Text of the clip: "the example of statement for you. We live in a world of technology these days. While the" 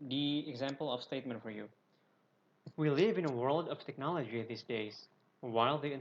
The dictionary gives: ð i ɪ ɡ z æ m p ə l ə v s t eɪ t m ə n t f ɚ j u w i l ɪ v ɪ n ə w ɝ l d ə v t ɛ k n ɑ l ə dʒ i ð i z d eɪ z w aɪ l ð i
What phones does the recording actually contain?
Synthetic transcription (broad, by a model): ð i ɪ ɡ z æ m p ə l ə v s t eɪ t m ə n t f ɚ j u w i l ɪ v ɪ n ə w ɝ l d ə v t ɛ k n ɑ l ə dʒ i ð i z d eɪ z w aɪ l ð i